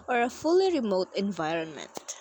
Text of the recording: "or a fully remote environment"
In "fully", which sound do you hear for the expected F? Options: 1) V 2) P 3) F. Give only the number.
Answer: 3